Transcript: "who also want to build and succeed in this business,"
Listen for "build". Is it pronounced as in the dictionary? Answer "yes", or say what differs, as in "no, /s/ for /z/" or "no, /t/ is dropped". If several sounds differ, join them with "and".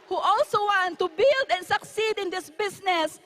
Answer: yes